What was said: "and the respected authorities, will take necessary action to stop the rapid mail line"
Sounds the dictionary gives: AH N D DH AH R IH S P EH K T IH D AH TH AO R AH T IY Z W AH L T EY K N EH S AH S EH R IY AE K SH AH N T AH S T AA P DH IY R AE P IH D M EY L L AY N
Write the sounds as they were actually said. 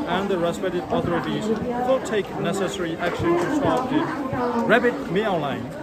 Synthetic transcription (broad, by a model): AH N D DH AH R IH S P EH T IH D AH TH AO R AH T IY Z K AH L T EY K N EH S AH S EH R IY AE K SH AH N T AH S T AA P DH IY R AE B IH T M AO N L AY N